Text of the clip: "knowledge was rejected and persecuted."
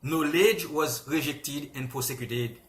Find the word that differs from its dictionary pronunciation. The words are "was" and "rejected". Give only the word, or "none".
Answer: none